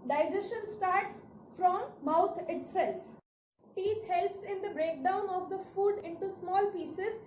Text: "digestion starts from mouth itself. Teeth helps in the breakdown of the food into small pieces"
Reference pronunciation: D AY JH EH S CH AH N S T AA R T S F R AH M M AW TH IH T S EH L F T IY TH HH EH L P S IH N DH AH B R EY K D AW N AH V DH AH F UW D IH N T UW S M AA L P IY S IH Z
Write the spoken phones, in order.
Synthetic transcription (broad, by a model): D AY JH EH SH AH N S T AA R T S F R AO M M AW T IH T S EH L F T IY T HH EH L P S IH N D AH B R EY K D AW N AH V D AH F UW D IH N T UW S M AA L P IY S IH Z